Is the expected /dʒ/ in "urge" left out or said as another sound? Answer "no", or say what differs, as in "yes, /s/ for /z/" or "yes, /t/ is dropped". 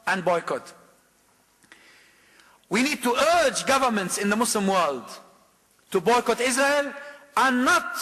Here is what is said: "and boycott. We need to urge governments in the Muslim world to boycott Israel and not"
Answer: no